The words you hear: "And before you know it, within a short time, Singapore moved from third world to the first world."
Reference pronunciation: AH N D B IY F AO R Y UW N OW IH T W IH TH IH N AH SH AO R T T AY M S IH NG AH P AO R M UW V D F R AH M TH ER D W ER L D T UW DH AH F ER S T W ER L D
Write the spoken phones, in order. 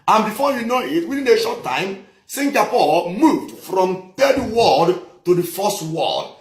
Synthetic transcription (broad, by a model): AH N B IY F AO Y UW N OW IH T W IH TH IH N AH SH AO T T AY M S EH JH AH P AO L M UW V D F R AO M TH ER D W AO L D T UW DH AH F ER S T W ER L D